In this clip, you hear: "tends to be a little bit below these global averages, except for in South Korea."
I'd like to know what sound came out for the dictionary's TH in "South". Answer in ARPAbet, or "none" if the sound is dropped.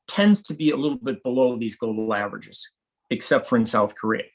TH